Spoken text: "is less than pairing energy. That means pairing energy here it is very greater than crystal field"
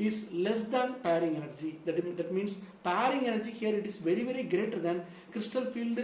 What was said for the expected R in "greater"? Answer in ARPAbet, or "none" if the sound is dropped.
R